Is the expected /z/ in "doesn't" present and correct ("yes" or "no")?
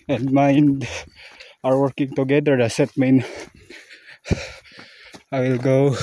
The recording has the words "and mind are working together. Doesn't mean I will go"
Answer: no